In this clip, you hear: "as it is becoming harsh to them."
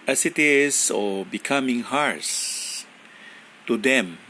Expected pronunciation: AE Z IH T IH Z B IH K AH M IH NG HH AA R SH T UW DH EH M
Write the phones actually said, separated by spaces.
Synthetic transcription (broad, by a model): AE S IH T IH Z B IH K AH M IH NG HH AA R S T UW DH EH M